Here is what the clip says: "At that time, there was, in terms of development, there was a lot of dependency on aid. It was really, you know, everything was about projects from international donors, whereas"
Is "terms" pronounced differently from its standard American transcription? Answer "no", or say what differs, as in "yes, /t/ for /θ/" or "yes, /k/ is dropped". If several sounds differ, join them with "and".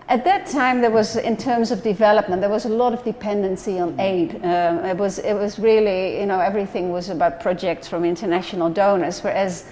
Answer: no